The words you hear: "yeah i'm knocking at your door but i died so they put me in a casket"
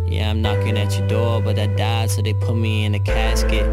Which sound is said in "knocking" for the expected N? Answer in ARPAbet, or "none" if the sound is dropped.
N